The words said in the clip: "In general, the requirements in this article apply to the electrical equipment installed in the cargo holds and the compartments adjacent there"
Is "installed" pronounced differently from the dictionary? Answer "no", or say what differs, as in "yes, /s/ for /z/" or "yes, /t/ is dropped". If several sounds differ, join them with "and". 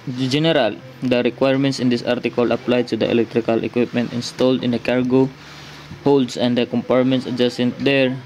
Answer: no